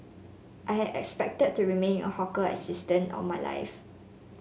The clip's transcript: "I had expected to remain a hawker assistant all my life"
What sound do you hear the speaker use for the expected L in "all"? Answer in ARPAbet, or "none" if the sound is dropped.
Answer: N